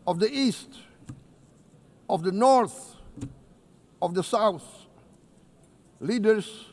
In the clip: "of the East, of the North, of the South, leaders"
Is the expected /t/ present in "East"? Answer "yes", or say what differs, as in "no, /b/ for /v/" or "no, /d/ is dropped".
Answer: yes